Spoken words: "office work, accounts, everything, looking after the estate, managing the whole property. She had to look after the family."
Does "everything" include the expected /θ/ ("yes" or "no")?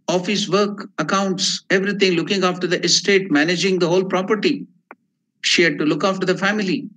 no